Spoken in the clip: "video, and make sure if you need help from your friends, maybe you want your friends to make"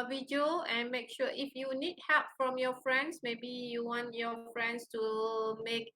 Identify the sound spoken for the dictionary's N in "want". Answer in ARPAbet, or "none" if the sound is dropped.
N